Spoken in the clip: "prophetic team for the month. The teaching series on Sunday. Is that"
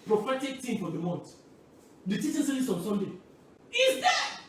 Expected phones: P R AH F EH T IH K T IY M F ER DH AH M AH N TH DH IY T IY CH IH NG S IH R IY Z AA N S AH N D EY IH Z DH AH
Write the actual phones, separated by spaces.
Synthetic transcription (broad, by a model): P R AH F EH T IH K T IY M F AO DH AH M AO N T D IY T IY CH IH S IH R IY S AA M S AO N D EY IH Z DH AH